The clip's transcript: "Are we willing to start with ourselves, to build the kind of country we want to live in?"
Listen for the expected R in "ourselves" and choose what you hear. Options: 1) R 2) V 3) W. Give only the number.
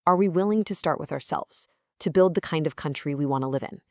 1